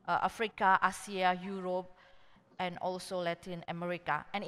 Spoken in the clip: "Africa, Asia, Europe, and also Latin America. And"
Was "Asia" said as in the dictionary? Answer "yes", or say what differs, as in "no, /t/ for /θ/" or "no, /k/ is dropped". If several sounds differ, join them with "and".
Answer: no, /s/ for /ʒ/